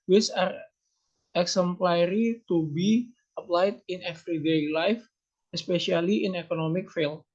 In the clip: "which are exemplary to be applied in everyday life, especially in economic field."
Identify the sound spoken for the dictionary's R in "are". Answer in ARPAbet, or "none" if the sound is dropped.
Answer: R